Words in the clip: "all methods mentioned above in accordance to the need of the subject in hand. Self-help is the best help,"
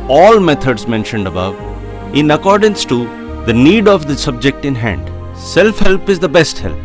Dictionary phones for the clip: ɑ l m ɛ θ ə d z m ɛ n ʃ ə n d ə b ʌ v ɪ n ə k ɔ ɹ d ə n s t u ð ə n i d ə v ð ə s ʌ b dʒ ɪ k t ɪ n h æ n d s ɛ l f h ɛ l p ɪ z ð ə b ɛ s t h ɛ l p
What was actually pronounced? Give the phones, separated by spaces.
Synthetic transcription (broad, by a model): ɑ l m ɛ t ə d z m ɛ n ʃ ə n d ə b ʌ v ɪ n ə k ɔ ɹ d ə n s t u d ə n i d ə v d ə s ʌ b dʒ ɪ k t ɪ n h æ n d s ɛ l f h ɛ l p ɪ z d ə b ɛ s t h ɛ l p